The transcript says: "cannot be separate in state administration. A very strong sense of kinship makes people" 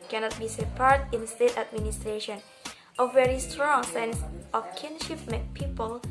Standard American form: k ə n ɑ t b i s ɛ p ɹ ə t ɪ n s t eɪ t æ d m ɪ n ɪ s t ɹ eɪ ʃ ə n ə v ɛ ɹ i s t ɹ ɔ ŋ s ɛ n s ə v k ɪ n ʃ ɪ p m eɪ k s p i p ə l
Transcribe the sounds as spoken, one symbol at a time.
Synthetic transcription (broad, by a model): k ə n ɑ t b i s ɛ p ə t ɪ n s t eɪ t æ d m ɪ n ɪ s t ɹ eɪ ʃ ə n ə v ɛ ɹ i s t ɹ ɔ ŋ s ɛ n s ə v k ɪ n ʃ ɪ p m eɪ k p i p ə l